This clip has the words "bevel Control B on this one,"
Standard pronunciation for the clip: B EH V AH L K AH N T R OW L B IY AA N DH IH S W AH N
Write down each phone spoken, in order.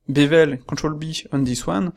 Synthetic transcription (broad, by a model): B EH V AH L K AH T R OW L B IY AA N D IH S W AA N